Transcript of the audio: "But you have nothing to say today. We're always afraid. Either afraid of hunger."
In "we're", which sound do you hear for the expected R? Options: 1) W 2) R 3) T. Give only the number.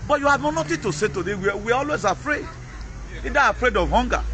1